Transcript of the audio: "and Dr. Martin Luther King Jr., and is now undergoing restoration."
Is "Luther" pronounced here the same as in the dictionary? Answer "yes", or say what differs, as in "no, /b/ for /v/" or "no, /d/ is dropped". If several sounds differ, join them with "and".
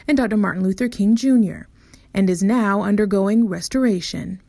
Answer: yes